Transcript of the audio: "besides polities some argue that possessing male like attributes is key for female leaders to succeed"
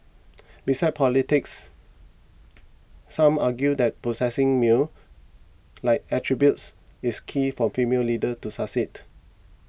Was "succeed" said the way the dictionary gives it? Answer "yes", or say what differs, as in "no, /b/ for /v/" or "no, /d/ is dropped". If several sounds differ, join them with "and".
no, /k/ is dropped